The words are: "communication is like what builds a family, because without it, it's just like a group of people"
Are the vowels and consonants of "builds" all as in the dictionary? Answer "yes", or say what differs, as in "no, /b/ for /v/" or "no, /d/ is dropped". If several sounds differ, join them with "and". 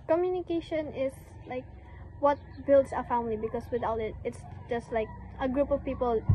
no, /s/ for /z/